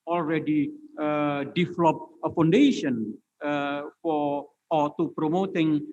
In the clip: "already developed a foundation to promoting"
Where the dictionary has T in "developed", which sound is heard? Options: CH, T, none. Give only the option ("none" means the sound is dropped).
none